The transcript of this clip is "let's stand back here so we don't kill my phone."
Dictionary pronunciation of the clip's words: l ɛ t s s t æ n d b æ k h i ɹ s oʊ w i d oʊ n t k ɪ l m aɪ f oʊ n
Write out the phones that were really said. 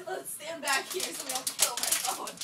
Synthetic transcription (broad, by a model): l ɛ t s s t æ n b æ k h i ɹ s oʊ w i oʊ l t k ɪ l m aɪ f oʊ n